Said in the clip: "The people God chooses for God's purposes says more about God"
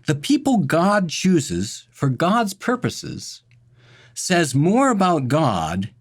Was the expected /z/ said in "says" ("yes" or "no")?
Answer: yes